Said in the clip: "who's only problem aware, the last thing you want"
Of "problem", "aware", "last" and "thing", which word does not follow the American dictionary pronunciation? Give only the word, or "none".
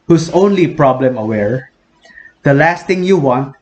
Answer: thing